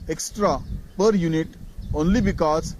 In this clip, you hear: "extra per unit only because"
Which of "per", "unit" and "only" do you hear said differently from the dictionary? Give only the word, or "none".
none